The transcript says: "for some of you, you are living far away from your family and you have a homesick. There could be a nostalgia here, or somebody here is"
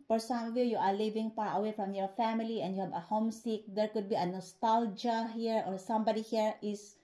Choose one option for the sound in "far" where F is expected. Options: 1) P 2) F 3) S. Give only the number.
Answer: 1